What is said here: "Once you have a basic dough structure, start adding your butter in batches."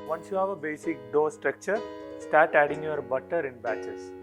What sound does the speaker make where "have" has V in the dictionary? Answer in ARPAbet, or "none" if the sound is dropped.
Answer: V